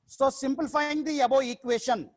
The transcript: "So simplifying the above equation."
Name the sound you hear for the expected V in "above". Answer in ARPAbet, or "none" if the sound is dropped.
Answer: none